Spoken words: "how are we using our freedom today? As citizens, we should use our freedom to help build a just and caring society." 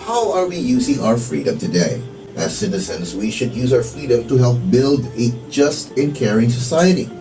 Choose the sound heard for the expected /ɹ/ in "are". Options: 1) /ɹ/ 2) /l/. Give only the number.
1